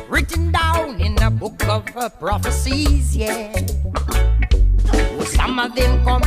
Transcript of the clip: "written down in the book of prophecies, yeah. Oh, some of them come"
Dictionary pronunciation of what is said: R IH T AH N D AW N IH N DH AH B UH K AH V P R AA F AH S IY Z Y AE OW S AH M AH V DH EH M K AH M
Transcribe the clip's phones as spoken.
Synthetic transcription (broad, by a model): R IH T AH N D AW N IH N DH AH B UH K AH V P R AA F AH S IY Z Y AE S AH M AH V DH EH M K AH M